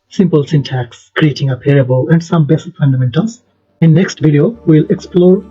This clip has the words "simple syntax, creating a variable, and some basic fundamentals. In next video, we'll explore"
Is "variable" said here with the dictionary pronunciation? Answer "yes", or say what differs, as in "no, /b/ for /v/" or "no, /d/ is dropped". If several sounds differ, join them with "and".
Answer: no, /p/ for /v/